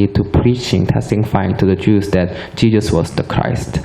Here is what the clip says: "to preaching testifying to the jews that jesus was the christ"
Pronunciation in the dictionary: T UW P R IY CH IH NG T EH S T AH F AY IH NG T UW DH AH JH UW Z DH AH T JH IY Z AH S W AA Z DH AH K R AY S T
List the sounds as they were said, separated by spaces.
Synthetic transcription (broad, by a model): T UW P R IY CH IH NG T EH S T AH F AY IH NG T UW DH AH JH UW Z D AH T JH IY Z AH S W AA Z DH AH K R AY S T